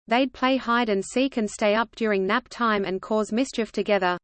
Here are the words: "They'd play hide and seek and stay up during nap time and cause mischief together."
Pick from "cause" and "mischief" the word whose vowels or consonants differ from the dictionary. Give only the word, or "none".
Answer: none